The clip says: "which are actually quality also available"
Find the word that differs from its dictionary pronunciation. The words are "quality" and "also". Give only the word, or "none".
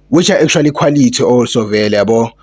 also